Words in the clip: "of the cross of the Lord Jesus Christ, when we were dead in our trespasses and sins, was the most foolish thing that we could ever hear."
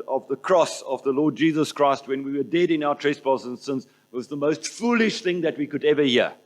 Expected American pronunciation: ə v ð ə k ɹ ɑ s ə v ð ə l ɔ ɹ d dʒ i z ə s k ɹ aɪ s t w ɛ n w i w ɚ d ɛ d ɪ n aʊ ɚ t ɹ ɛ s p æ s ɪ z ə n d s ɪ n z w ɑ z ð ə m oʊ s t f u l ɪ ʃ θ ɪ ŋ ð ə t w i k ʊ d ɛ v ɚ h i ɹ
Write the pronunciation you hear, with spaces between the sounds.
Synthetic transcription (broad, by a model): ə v ð ə k ɹ ɑ s ə v ð ə l ɔ d dʒ i z ə s k ɹ aɪ s t w ɛ n w i w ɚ d ɛ d ɪ n aʊ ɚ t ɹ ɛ s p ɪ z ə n s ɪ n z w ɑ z ð ə m oʊ s t f u l ɪ ʃ θ ɪ ŋ ð ə t w i k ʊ d ɛ v ɚ h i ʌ